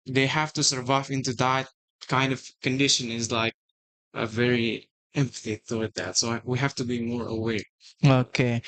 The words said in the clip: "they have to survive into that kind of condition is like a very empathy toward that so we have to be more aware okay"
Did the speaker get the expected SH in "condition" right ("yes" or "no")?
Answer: yes